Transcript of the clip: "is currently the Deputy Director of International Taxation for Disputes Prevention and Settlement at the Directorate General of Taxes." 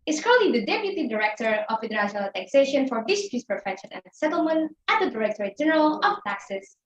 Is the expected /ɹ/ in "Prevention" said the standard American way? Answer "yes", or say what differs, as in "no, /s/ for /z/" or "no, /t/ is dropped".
no, /ɹ/ is dropped